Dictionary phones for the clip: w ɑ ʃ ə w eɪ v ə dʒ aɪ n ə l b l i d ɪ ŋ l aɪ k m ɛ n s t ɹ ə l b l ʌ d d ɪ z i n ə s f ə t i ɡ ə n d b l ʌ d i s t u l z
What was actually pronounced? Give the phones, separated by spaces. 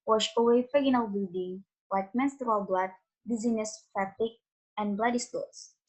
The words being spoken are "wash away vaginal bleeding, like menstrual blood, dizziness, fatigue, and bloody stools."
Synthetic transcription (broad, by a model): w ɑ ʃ ə w eɪ f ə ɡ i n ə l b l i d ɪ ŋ l aɪ k m ɛ n s t ɹ ə l b l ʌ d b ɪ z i n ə s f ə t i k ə n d b l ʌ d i s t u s